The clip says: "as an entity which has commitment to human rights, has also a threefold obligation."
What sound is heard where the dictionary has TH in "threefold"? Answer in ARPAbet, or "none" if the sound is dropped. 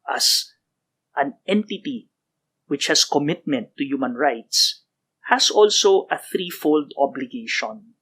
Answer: TH